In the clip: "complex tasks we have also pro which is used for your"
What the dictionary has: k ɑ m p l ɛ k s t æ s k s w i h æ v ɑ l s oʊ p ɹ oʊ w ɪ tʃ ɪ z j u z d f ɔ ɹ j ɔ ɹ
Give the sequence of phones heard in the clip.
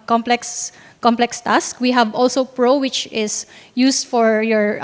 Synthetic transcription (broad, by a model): k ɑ m p l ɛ k s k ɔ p k s w i h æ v ɑ l s oʊ p ɹ oʊ w ɪ tʃ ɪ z j u s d f ɔ ɹ j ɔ ɹ